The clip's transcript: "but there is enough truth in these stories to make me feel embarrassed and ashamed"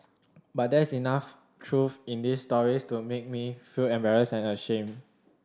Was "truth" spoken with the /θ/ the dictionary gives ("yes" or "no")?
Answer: no